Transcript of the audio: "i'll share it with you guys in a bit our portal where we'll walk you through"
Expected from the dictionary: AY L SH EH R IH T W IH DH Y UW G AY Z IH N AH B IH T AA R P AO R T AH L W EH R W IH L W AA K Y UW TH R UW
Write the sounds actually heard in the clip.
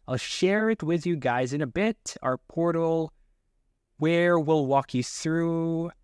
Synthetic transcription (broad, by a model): AY L SH EH R IH T W IH DH Y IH G AY Z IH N AH B IH T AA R P AO R T L W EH R W IH L W AA K Y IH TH R UW